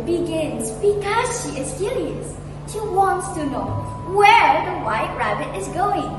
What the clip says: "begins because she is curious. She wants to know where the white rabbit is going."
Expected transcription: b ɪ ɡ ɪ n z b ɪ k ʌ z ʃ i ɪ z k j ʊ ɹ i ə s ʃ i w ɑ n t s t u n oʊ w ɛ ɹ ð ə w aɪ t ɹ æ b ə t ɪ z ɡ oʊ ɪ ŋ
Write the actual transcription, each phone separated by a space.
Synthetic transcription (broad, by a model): b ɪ ɡ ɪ n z b ɪ k ʌ z ʃ i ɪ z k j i l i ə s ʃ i w ɑ n t s t u n oʊ w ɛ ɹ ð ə w aɪ t ɹ æ b ə t ɪ z ɡ oʊ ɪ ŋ